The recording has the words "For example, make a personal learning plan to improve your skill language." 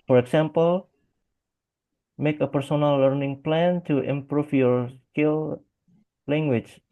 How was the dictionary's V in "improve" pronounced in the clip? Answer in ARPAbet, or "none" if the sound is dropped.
F